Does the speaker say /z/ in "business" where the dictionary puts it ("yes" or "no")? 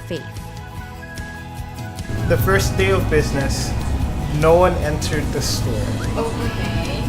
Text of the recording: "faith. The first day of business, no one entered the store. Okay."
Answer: yes